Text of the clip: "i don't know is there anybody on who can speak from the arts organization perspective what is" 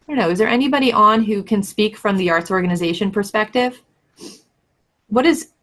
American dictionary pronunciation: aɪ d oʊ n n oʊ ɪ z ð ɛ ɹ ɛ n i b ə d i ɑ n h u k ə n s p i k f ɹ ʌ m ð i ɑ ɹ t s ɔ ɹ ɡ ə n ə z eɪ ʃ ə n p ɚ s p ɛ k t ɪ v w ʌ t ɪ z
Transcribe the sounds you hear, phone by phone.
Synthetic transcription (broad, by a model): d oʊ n n oʊ ɪ z ð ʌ ɹ ɛ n i b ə d i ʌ n h u k ə n s p i k f ɹ ʌ m ð i ɑ ɹ t s ɔ ɹ ɡ ə n ə z eɪ ʃ ə n p ɚ s p ɛ k t ɪ v w ʌ t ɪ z